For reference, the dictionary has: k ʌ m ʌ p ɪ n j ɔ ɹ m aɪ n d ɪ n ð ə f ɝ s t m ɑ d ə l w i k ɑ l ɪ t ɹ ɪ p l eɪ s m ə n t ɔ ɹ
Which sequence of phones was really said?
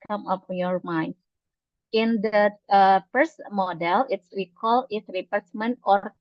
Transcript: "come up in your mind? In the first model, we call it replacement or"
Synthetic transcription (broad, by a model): k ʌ m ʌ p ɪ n j ɔ ɹ m aɪ n d ɪ n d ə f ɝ s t m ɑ d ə l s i k ɑ l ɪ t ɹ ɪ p eɪ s m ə n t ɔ ɹ